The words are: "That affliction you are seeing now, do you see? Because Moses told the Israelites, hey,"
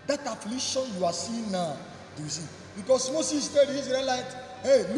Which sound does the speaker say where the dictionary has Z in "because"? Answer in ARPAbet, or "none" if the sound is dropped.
S